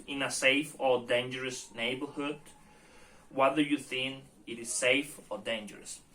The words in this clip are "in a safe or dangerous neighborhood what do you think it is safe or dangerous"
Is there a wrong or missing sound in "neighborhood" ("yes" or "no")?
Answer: no